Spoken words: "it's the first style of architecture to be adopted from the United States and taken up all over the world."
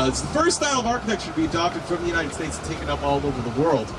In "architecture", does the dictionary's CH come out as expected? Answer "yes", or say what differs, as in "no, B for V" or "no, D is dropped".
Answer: no, SH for CH